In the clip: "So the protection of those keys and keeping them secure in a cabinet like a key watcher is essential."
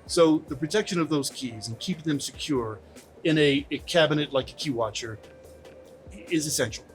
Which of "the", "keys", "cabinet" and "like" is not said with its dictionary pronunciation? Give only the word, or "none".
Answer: none